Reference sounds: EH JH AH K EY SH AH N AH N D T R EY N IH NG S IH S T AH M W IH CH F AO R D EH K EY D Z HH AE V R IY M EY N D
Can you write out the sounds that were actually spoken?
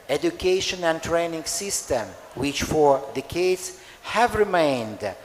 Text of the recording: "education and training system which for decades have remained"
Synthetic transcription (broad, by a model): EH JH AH K EY SH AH N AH N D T R EY N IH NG S IH S T AH M W IH CH F AO R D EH K EY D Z HH AE V R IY M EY N D